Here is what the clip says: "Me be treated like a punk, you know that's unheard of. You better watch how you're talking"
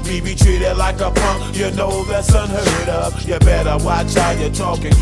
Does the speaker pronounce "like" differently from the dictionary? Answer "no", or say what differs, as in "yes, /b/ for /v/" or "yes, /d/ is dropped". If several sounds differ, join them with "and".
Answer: no